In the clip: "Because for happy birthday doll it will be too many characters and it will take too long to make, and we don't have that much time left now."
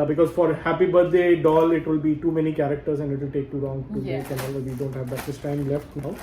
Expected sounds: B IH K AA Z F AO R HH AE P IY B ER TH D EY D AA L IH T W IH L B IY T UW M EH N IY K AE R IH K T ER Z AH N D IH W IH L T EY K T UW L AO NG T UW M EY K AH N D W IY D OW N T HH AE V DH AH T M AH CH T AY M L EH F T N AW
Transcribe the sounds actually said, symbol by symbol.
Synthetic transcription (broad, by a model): B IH K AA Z F AO R HH AE P IY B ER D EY D AA L IH T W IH L B IY T UW M EH N IY K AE R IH K T ER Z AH N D IH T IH L T EY K T UW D AO NG T UW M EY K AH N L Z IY D OW N T HH AE V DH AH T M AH S T AY M L EH F T N AW